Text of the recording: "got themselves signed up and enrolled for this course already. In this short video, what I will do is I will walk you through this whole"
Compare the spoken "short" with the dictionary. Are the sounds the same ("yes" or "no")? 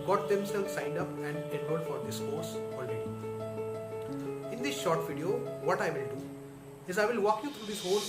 yes